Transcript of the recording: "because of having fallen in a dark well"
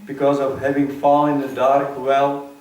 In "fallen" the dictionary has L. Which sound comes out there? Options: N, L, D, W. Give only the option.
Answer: N